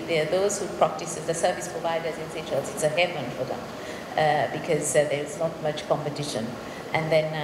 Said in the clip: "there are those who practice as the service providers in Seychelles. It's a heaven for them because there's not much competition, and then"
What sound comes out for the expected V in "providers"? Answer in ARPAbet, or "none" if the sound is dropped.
V